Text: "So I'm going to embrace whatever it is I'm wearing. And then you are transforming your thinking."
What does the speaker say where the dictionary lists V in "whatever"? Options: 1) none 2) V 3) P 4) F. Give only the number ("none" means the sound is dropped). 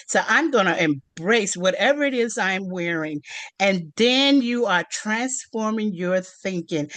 2